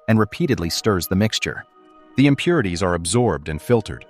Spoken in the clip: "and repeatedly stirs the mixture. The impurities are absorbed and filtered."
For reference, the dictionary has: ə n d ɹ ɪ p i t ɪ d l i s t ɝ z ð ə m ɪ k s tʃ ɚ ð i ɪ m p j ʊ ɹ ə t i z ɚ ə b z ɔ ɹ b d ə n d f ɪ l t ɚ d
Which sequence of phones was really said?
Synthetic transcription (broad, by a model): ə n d ɹ ɪ p i t ɪ d l i s t ɝ z ð ə m ɪ k s tʃ ɚ ð i ɪ m p j ʊ ɹ ə t i z ɚ ə b z ɔ ɹ b d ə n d f ɪ l t ɚ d